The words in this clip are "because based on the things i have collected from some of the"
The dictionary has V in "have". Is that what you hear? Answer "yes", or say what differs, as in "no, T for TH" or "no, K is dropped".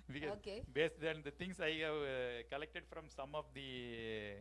yes